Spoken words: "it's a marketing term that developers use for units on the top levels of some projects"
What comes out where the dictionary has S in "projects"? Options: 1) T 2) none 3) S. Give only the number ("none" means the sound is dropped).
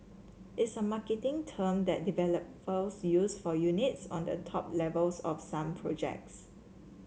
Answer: 3